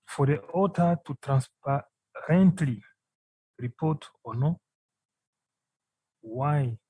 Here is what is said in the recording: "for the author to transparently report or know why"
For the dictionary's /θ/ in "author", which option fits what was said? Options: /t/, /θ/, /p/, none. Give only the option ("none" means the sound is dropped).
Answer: /t/